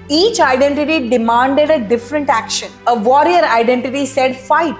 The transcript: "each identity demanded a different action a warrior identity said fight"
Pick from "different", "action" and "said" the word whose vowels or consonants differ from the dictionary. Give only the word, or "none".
none